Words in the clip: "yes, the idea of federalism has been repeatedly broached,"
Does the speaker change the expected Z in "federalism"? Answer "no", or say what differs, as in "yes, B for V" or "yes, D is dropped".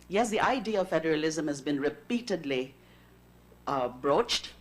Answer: no